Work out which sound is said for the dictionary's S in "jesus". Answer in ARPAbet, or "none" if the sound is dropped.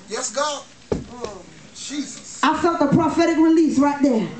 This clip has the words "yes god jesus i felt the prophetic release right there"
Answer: none